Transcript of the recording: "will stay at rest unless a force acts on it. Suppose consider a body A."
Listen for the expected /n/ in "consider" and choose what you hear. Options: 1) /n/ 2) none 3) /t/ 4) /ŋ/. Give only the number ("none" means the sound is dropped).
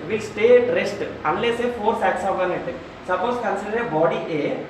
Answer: 1